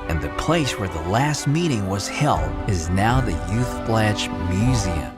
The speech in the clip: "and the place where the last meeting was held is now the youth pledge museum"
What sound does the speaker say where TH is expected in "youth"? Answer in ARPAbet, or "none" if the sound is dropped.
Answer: TH